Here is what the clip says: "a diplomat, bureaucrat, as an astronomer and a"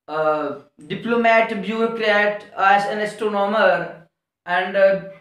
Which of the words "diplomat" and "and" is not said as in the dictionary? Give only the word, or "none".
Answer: none